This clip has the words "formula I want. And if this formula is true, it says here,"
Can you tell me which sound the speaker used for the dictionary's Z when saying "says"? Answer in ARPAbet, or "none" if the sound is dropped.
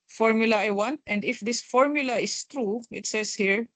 S